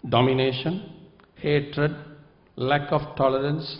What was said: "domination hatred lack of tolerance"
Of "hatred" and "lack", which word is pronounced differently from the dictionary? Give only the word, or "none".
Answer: none